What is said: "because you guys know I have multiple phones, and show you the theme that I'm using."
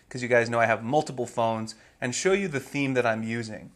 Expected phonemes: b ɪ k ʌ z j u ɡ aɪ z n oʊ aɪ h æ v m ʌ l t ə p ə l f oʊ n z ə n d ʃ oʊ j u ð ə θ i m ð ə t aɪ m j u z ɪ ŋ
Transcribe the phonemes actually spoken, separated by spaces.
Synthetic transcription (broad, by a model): k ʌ z j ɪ ɡ aɪ z n oʊ aɪ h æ v m ʌ l t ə p l f oʊ n z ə n ʃ oʊ j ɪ ð ə θ i m ð ə t aɪ m j u z ɪ ŋ